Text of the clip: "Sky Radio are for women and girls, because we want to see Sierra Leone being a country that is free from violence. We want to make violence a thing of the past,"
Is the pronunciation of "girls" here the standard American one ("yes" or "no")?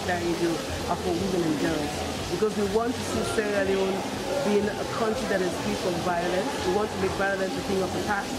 no